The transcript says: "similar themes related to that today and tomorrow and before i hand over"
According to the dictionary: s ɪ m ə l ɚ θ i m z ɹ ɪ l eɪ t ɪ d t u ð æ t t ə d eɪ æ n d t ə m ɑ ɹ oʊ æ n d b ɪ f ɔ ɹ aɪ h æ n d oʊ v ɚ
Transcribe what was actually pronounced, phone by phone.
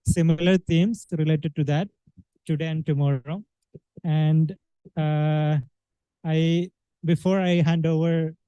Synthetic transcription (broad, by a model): s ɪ m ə l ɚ t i m s ɹ ɪ l eɪ t ɪ d t u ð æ t t ə d eɪ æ n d t ə m ɑ ɹ oʊ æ n d b ɪ f ɔ ɹ aɪ h æ n d oʊ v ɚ